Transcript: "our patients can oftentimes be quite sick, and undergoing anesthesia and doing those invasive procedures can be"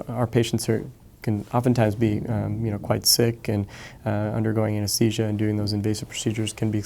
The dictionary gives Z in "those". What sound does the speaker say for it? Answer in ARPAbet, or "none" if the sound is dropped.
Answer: Z